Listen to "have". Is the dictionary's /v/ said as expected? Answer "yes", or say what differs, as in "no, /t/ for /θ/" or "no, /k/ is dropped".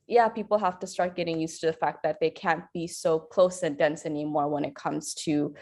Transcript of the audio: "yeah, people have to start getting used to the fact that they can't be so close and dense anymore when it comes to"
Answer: no, /f/ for /v/